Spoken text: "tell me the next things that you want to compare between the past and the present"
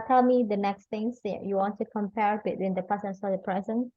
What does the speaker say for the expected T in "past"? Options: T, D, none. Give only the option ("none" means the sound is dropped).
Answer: none